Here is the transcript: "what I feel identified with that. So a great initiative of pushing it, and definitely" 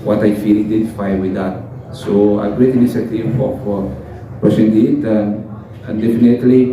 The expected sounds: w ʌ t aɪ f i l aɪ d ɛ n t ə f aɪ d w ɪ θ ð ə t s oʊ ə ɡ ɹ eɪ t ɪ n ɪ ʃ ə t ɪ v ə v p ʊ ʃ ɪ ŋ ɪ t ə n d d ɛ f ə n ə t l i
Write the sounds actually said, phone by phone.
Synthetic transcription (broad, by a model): w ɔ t aɪ f i l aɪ d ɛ n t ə f aɪ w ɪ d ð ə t s oʊ ə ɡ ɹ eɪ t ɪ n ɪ s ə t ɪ f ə f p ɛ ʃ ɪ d ɪ t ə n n d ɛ f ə n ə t l i